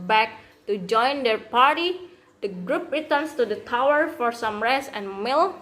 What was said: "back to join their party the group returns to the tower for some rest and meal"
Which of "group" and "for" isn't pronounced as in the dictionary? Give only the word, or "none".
none